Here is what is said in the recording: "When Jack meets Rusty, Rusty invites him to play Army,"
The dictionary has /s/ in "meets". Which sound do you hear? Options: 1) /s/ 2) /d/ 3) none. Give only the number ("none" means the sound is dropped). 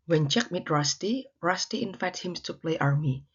3